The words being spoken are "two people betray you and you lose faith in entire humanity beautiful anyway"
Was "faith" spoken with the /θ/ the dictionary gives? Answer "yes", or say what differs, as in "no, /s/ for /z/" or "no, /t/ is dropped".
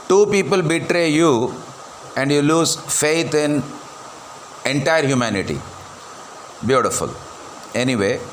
no, /t/ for /θ/